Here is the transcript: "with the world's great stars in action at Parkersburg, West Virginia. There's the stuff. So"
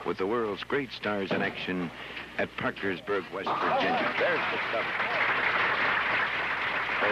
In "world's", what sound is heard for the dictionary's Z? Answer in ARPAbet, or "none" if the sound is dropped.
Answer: Z